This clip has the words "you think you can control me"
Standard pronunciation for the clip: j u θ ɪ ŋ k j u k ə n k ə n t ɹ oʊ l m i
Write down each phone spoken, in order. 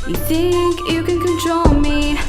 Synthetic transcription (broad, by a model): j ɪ θ ɪ ŋ k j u k ə n k ə n t ɹ oʊ l m i